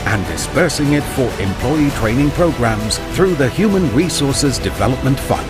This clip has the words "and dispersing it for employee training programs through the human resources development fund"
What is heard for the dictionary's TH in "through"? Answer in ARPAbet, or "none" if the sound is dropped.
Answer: TH